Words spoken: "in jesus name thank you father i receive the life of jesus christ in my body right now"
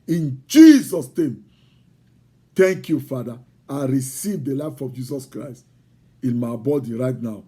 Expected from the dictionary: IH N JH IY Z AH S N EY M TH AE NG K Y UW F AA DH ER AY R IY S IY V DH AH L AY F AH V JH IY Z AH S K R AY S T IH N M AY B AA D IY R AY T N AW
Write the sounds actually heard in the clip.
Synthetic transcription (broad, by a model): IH N JH IY Z AH S N EY M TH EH NG K Y UW F AA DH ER AY R IY S IY V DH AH L AY F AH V JH IY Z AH S K R AY S T IH N M AY B AA D IY R AY T N AW